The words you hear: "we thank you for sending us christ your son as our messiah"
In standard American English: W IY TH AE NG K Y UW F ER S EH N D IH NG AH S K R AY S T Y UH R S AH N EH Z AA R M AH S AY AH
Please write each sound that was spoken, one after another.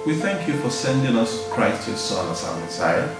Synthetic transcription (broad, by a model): W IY TH AE NG K Y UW F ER S EH N D IH NG AH S K R AY S T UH S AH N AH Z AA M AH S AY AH